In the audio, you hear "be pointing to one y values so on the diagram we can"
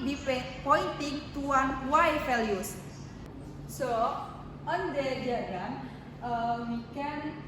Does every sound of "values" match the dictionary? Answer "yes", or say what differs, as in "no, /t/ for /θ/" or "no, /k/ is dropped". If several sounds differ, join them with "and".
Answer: no, /f/ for /v/